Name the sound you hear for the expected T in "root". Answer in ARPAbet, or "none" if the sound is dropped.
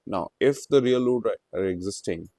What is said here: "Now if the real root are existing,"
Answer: none